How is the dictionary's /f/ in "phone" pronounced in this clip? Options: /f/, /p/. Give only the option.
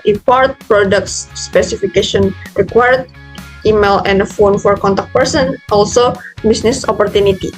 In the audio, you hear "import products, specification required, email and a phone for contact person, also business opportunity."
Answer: /f/